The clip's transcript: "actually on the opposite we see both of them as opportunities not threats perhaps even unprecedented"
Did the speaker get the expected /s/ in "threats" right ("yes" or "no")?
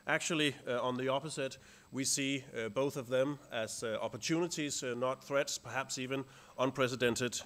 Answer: yes